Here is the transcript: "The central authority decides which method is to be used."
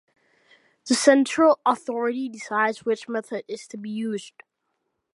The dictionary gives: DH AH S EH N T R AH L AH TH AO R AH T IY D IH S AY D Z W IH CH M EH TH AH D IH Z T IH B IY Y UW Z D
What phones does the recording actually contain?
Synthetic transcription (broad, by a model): DH AH S EH N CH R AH L AH TH AO R AH T IY D IH S AY D Z W IH CH M EH TH AH D IH Z T IH B IY Y UW Z D